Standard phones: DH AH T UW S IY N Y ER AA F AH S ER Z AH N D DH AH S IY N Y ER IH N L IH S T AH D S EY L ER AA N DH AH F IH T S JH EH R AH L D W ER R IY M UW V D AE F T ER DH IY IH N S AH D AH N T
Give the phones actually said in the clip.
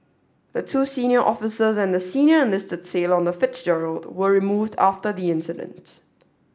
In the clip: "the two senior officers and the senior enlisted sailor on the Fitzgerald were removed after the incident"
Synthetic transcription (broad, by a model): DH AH T UW S IY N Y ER AA F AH S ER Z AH N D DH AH S IY N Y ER IH N L IH S T AH D S EY L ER AA N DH AH F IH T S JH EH R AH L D W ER R IY M UW V D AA F T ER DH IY IH N S AH D AH N T